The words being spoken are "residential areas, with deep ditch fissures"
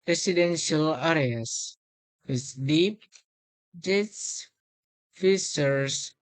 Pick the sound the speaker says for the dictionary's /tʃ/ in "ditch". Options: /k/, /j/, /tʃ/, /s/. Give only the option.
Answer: /s/